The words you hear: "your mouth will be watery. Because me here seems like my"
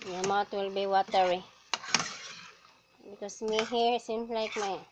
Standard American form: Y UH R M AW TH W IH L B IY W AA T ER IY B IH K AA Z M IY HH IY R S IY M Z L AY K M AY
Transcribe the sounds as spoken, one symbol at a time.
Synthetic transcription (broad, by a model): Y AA M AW T W IH L B IY W AA T ER IY B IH K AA S M IY HH IY R S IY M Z L AY K M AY